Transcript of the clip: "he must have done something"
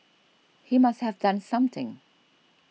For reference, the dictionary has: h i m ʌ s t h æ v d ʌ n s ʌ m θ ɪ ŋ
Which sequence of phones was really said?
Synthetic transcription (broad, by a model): h i m ʌ s t h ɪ v d ʌ n s ʌ m θ ɪ ŋ